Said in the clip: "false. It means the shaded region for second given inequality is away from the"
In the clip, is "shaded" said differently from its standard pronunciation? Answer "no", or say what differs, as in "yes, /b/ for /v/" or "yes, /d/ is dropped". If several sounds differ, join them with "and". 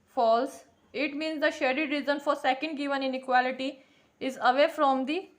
no